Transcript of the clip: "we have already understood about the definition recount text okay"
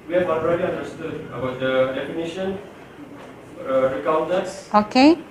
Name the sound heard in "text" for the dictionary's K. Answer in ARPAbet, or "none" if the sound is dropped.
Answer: none